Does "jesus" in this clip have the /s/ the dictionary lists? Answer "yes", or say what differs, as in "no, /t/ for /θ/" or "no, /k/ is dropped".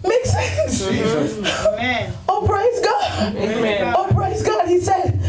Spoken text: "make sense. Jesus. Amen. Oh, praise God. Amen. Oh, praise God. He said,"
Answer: no, /s/ is dropped